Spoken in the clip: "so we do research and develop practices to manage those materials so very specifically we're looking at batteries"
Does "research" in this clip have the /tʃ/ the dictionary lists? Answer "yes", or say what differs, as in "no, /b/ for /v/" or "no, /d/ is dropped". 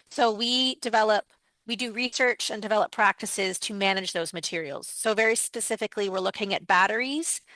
yes